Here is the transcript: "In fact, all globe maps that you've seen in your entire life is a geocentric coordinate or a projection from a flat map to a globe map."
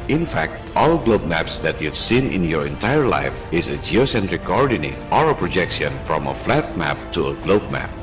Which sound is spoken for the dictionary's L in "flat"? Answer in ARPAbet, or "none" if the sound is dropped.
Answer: L